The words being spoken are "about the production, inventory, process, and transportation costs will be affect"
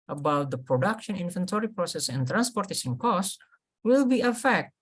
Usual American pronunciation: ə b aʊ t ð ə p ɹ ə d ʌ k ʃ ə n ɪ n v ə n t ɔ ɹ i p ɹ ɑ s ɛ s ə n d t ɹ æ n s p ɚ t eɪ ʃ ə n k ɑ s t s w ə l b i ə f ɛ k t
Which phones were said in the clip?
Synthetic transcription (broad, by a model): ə b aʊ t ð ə p ɹ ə d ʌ k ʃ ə n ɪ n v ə n t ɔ ɹ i p ɹ ɑ s ɛ s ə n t ɹ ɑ n s p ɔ t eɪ s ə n k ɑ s s w ə l b i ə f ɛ k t